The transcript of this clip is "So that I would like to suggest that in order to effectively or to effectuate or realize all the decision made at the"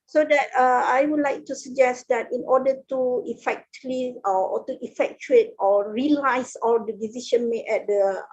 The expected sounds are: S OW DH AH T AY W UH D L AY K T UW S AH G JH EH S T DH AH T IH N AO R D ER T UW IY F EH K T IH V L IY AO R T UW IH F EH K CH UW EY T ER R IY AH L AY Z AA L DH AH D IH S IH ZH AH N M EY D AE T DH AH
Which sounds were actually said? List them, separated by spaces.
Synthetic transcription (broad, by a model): S OW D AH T AY W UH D L AY K T UW S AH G JH EH S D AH T IH N AO D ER T UW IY F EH K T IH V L IY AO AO T UW IH F EH K CH UW EY T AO R IY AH L AY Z AA L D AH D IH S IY SH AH N M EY EH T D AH